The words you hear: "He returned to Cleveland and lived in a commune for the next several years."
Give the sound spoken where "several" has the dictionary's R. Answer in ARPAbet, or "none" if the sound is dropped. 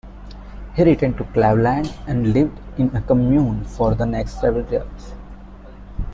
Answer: none